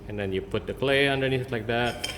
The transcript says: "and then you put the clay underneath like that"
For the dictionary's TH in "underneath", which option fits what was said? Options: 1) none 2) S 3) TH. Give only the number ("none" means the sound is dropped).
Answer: 2